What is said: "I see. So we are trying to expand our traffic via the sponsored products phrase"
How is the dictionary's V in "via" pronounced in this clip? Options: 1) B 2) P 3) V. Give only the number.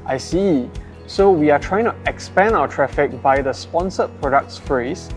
1